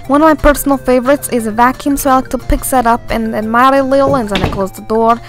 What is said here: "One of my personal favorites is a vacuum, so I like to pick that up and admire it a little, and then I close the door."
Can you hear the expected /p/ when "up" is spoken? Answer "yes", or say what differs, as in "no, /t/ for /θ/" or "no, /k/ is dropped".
yes